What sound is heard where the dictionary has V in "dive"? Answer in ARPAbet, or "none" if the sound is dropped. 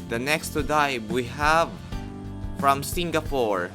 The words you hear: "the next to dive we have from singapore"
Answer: B